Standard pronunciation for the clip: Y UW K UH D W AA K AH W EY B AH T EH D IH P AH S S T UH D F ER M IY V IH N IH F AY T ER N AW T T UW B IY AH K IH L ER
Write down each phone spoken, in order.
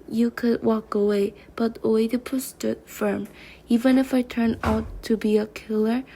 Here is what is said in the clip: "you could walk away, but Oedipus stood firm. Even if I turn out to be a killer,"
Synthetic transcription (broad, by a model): Y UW K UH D W AA K AH W EY B AH T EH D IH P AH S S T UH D F ER M IY V IH N IH F AY T ER N AW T T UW B IY AH K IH L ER